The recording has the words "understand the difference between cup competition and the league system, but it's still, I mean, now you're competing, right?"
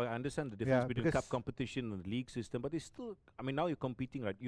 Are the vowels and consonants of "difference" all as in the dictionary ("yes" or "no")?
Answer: no